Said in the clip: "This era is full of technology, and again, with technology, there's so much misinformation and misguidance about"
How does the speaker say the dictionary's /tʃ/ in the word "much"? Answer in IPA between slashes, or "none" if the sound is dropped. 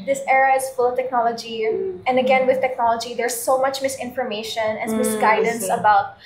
/tʃ/